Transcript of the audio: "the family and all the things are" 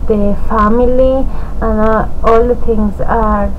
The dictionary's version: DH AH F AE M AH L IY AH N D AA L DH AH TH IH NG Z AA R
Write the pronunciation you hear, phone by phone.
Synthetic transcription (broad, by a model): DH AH F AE M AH L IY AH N AA L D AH T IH NG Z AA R